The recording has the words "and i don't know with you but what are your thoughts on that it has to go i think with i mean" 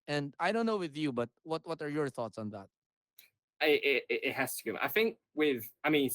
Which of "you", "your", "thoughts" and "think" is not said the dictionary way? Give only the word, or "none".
none